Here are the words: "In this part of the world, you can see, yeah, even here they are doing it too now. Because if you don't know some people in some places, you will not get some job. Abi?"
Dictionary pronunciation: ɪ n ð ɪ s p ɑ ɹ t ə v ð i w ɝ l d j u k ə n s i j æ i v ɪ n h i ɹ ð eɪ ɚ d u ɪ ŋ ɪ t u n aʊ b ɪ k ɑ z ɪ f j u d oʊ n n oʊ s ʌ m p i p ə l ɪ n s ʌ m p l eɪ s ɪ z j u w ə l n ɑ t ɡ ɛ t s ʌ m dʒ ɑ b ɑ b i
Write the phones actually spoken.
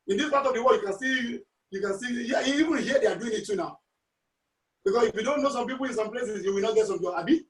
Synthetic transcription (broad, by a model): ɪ n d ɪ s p ɑ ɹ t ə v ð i w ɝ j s j u k ə n s i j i i v ɪ n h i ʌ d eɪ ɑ d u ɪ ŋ ɪ t u n aʊ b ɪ k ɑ s ɪ f j u d oʊ n n oʊ s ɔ m p i p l ɪ n s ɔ m p l eɪ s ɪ s j u w ə l n ɑ t ɡ ɛ t s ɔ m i ɑ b i